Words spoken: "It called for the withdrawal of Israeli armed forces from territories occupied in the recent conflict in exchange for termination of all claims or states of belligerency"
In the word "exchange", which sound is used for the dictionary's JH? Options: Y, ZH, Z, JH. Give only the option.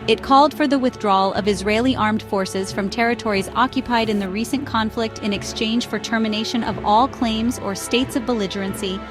ZH